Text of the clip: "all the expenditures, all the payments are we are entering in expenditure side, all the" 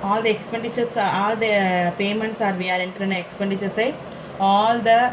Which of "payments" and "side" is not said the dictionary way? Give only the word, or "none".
side